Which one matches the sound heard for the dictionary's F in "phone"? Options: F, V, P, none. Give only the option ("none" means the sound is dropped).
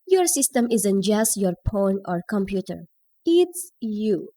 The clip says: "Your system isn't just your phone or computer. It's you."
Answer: P